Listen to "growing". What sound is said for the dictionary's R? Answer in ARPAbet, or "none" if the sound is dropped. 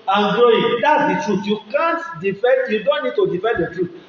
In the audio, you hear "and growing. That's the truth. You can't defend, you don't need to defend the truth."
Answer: none